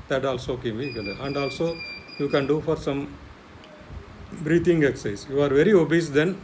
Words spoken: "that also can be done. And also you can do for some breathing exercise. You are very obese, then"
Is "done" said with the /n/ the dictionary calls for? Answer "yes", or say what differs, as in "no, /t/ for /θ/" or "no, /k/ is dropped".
no, /l/ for /n/